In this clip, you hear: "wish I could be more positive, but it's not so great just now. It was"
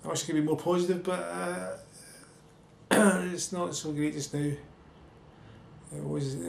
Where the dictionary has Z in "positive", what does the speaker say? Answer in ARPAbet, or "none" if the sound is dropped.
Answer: Z